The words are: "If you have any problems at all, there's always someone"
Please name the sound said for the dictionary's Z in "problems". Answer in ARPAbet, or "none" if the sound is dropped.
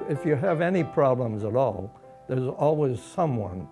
Z